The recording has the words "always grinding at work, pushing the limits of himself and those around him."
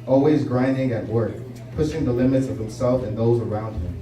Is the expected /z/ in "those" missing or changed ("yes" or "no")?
no